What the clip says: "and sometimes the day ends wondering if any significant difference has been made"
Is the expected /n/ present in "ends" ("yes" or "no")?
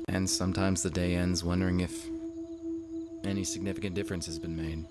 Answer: yes